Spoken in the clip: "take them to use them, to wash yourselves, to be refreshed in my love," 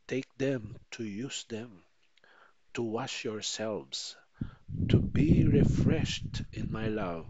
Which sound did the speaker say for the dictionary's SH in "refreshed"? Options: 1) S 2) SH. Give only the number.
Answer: 2